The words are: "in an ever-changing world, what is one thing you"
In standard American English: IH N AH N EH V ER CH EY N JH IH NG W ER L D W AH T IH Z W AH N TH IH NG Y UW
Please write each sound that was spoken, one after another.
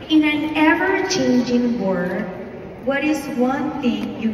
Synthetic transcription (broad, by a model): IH N AH N EH V ER CH EY N JH IH NG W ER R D W AH T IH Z W AH N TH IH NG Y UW